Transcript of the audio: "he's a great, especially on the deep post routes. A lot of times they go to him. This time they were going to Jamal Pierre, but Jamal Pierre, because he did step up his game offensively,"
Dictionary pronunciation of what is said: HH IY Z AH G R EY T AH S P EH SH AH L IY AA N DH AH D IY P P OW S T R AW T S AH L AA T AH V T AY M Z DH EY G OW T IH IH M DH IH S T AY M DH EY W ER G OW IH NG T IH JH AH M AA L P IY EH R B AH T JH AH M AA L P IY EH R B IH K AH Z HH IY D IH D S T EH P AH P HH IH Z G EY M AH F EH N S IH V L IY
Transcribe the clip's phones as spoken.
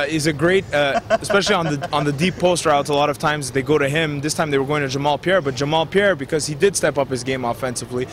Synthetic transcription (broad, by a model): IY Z AH G R EY T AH S P EH SH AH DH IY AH N DH AH D IY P P OW S T R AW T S AH L AA T AH V T AY M Z DH EY G OW T IH IH M DH IH S T AY M DH EY W ER G OW IH NG T IH JH AH M AA L P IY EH R B AH T JH AH M AA L P IY EH R B IH K AH Z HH IY D IH D S T EH P AH P HH IH Z G EY M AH F EH N S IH V L IY